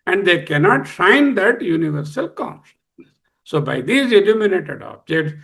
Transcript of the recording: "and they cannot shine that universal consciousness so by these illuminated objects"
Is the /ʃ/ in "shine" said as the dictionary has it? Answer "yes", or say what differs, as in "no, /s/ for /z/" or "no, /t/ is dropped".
no, /s/ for /ʃ/